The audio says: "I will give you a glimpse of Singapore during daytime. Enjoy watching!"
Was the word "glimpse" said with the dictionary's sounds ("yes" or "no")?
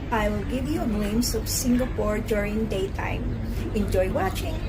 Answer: no